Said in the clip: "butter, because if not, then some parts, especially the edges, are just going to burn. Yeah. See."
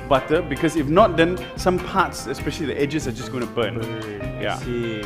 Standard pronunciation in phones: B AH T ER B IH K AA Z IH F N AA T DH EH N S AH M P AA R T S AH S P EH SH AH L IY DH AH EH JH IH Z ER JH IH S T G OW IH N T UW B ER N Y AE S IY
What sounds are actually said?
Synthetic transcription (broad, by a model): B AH T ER B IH K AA S IH F N AA T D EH N S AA M P AA T S AH S P EH SH AH L IY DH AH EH JH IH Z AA JH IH S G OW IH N T UW B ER N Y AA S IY